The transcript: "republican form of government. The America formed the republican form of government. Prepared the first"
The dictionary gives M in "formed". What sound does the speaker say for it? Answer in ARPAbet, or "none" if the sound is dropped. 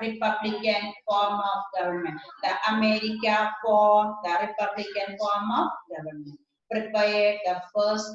none